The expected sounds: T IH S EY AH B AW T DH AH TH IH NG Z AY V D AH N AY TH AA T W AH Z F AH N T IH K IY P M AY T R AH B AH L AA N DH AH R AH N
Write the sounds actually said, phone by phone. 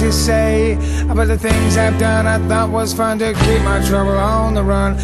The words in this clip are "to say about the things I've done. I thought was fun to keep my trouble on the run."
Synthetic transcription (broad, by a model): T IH S EY AH B AW T DH AH TH IH NG Z AY V D AH N AY TH AA T W AH Z F AH N T IH K IY P M AY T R AH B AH L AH N DH AH R AH N